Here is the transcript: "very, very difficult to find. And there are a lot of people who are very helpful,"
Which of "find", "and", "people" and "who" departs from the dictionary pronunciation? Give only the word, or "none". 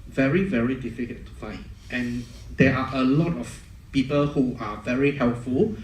find